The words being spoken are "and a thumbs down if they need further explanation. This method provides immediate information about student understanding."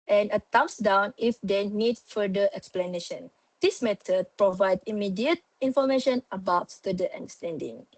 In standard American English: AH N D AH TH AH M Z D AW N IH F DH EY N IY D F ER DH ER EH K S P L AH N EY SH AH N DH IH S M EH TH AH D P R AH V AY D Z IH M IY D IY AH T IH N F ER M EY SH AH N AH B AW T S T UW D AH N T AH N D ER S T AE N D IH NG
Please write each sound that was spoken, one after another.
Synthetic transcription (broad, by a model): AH N AH T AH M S D AW N IH F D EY N IY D F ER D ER EH K S P L AH N EY SH AH N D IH S M EH T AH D P R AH V AY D IH M IY D IY AH T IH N F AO M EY SH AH N AH B AW T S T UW D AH T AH N D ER S T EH N D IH NG